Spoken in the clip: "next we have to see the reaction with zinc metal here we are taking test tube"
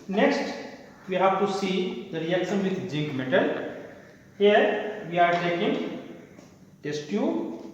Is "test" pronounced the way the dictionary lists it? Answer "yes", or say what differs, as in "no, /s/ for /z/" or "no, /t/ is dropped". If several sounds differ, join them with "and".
yes